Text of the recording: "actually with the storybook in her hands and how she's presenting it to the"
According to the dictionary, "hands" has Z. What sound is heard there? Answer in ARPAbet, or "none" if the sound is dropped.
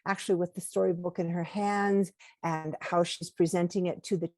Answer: Z